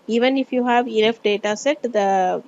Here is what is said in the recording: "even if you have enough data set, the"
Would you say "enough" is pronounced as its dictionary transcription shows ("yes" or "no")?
no